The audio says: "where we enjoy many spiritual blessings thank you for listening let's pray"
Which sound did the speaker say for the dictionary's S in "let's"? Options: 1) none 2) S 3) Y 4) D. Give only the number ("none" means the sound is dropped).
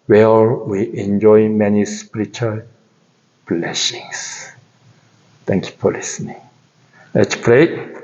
1